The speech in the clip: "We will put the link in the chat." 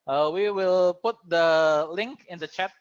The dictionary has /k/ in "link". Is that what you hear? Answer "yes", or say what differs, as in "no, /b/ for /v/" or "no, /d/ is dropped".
yes